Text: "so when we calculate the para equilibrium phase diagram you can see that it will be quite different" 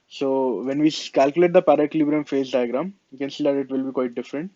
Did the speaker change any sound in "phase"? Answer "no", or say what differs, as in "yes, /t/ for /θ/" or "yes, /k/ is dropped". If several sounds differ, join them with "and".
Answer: no